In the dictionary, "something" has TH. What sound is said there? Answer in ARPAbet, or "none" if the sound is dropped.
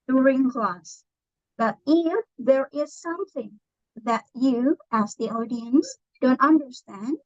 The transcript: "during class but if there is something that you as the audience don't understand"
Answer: TH